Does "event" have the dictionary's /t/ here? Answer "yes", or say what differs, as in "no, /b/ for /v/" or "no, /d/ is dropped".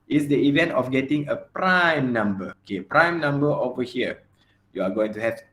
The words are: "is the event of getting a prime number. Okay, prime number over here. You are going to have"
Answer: yes